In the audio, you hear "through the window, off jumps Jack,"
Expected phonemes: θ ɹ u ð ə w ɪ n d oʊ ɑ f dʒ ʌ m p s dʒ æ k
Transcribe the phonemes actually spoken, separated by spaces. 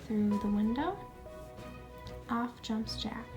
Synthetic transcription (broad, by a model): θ ɹ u ð ə w ɪ n d oʊ ɑ f dʒ ʌ m p s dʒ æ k